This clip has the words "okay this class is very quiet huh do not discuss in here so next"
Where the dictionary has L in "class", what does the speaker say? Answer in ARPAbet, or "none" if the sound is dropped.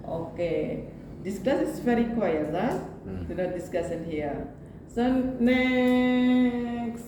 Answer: none